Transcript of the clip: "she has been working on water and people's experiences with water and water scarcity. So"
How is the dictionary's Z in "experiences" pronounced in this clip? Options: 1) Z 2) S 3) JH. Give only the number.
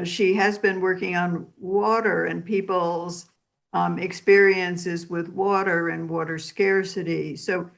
1